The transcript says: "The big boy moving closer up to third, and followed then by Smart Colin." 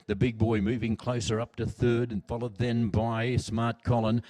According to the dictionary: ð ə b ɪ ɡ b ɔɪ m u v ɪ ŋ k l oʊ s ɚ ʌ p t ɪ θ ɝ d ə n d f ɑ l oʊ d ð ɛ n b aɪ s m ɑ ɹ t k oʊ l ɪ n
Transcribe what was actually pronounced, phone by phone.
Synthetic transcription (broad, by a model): ð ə b ɪ ɡ b ɔɪ m u v ɪ ŋ k l oʊ s ɚ ʌ p t ɪ θ ɝ d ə n f ɑ l oʊ d ð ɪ n b aɪ s m ɑ ɹ t k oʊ l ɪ n